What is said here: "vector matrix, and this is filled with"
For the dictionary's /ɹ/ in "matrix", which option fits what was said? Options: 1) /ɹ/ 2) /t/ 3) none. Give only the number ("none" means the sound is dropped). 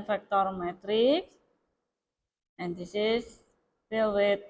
1